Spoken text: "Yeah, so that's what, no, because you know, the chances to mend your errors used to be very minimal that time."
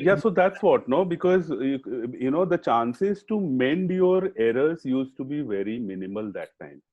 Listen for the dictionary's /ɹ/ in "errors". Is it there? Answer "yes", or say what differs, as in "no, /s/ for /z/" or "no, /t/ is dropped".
yes